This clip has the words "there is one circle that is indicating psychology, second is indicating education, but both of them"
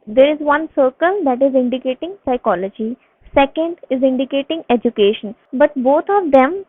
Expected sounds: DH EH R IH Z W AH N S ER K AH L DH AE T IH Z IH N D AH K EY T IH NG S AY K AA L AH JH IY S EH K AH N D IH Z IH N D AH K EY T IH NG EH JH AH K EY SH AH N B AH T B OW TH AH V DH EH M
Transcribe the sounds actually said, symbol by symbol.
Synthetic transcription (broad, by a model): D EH R IH Z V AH N S ER K AH L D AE T IH Z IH N D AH K EY T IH NG S AY K AA L AH JH IY S EH K AH N D IH Z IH N D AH K EY T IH NG EH JH AH K EY SH AH N B AH T B OW T AH V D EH M